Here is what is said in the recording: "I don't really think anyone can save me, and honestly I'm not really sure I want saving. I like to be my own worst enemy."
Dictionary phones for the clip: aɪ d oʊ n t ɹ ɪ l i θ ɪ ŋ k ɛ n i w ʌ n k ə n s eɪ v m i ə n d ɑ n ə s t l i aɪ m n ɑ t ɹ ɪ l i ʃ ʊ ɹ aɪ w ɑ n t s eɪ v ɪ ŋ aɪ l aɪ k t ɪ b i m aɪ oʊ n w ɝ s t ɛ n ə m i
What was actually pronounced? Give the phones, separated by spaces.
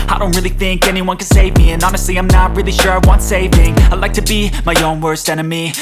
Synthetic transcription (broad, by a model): aɪ d oʊ n t ɹ ɪ l i θ ɪ ŋ k ɛ n i w ʌ n k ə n s eɪ v m i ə n ɑ n ə s t l i aɪ m n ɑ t ɹ ɪ l i ʃ ʊ ɹ aɪ w ɑ n t s eɪ v ɪ ŋ aɪ l aɪ k t ɪ b i m aɪ oʊ n w ɝ s t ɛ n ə m i